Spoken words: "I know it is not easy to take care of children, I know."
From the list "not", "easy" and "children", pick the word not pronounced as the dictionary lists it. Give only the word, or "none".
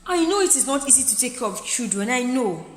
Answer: children